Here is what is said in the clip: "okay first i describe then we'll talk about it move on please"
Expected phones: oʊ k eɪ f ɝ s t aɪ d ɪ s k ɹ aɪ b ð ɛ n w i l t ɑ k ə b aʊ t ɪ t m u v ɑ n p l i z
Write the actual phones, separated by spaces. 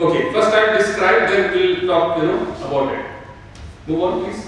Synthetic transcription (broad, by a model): oʊ k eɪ f ɝ s t aɪ d ɪ s k ɹ aɪ b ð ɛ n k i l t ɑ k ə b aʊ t ɪ t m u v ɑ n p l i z